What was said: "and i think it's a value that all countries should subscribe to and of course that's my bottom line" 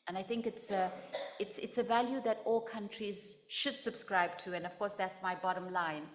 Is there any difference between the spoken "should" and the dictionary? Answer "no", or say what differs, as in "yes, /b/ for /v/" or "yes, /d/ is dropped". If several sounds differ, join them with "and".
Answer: no